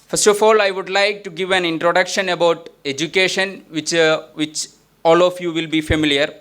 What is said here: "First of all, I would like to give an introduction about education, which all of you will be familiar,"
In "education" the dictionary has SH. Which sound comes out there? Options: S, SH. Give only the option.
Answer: SH